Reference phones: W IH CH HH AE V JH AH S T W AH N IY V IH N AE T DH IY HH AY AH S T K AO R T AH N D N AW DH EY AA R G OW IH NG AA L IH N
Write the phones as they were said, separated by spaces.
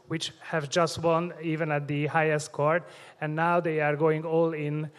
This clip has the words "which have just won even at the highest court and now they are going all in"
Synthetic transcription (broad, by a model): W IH CH HH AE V JH AH S T W AH N IY V IH N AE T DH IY HH AY AH S T K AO R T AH N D N AW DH EY AA R G OW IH NG AA L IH N